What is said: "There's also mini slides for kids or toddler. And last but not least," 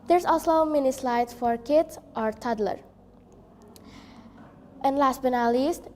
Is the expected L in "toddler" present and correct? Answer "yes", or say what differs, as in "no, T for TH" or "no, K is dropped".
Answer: yes